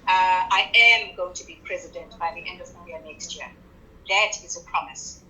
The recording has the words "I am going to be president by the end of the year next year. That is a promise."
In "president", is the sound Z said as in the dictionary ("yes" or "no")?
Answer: yes